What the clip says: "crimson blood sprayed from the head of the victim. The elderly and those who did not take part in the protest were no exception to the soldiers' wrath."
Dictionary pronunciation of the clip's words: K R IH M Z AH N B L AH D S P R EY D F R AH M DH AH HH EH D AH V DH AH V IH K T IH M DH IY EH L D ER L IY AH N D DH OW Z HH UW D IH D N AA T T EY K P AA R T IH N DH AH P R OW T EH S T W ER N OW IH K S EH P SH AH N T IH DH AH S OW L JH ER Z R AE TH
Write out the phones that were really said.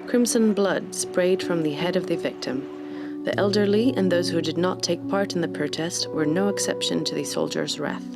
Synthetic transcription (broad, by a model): K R IH M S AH N B L AH D S P R EY D F R AH M DH AH HH EH D AH V DH AH V IH K T IH M DH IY EH L D ER L IY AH N DH OW Z HH UW D IH D N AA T T EY K P AA R T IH N DH AH P R OW T EH S T W ER N OW IH K S EH P SH AH N T IH DH AH S OW L JH ER Z R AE TH